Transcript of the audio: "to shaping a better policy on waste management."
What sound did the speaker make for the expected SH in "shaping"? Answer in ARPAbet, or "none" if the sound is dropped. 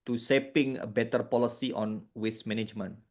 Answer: S